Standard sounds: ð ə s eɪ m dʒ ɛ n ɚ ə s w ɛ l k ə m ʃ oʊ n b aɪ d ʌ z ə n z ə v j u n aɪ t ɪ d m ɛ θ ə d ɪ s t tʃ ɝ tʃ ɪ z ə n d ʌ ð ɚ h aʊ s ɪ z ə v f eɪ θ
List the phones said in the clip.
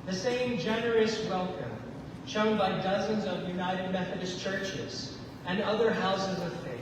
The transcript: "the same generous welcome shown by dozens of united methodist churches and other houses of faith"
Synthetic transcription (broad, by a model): ð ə s eɪ m dʒ ɛ n ɚ ə s w ɛ l k ə m ʃ oʊ n b aɪ d ʌ z ə n z ə v j u n aɪ t ɪ d m ɛ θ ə d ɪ s tʃ ɝ tʃ ɪ z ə n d ʌ ð ɚ h aʊ s ɪ z ə v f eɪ